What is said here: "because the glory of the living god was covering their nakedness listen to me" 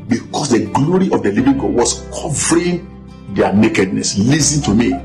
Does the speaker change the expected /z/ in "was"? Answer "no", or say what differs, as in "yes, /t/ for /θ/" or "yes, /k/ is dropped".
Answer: yes, /s/ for /z/